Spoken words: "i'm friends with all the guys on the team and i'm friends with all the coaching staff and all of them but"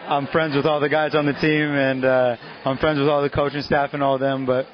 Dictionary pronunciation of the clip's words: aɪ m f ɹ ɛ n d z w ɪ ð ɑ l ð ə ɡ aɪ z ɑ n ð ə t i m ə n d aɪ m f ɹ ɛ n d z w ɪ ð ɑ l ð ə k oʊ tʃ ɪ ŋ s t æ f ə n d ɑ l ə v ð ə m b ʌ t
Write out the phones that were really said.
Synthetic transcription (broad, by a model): aɪ m f ɹ ɛ n d z w ɪ ð ɑ l ð ə ɡ aɪ z n ð ə t i m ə n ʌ aɪ m f ɹ ɛ n d z w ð ɑ l ð ə k oʊ tʃ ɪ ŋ s t æ f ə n ɑ l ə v ð ə m b ʌ t